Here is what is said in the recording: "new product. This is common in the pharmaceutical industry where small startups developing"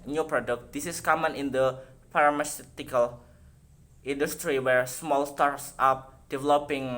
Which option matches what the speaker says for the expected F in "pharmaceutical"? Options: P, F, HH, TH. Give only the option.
P